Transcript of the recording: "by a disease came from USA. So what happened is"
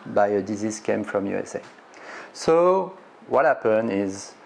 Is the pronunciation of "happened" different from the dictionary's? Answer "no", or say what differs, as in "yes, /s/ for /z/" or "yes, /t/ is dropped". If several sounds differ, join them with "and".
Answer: yes, /d/ is dropped